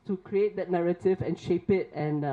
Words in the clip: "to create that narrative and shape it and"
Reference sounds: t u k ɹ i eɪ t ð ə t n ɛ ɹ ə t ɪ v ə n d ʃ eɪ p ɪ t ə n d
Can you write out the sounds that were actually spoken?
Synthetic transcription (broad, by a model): t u k ɹ i eɪ t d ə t n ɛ ɹ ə t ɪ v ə n ʃ eɪ p ɪ t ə n